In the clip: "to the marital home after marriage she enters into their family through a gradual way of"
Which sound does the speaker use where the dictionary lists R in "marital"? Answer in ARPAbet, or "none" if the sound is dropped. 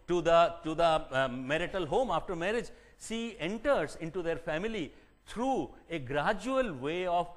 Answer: R